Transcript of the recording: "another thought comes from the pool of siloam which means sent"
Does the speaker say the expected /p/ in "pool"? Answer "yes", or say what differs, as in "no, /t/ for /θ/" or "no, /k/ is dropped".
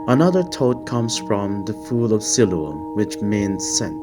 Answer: no, /f/ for /p/